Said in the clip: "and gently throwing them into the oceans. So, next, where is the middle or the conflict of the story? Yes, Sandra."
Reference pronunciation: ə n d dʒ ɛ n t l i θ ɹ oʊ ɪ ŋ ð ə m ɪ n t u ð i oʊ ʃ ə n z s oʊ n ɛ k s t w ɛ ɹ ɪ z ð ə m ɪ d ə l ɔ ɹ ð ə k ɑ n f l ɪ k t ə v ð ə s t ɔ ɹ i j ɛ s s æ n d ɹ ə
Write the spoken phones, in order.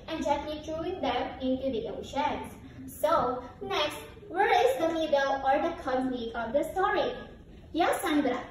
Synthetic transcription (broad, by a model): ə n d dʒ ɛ t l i t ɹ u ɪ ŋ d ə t ɪ n t u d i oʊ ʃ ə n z s oʊ n ɛ k s t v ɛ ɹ ɪ z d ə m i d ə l ɔ ɹ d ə k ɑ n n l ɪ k ə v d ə s t ɔ ɹ i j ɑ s s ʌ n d ɹ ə